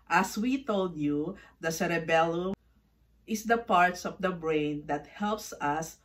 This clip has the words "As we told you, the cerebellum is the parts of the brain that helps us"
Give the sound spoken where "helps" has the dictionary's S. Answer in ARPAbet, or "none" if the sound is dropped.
S